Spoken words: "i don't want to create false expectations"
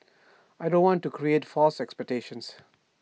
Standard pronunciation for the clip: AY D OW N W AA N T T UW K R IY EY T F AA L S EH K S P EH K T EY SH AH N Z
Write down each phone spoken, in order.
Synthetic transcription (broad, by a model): AY D OW N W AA N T T UW K R IY EY T F AA L S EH K S P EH K T EY SH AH N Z